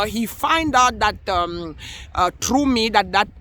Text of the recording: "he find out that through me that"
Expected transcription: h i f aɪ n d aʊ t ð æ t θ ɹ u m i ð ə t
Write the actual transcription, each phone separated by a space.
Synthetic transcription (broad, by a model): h i f aɪ n d aʊ t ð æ t t ɹ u m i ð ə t